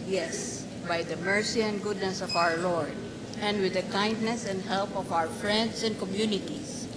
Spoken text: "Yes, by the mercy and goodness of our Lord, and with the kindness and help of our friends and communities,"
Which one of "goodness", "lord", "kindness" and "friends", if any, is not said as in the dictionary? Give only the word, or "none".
friends